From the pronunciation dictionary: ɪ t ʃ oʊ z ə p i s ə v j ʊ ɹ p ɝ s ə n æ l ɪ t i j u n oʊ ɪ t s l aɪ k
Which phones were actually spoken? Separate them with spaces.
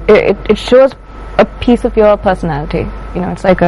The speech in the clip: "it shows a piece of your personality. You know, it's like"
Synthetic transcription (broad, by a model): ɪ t ʃ oʊ z ə p i s ə v j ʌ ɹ p ɝ s ə n æ l ɪ t i j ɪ n oʊ ɪ t s l aɪ k